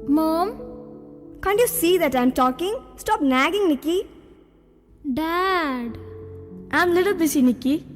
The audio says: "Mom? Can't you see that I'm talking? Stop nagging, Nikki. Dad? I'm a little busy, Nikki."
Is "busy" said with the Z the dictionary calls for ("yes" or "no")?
no